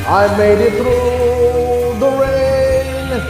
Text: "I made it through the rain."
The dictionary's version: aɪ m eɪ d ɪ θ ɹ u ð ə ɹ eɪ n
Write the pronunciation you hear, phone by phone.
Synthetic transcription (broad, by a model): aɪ m eɪ d ɪ t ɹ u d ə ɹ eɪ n